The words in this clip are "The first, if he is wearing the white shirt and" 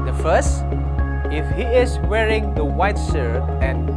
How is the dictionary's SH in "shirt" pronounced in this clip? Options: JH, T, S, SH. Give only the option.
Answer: S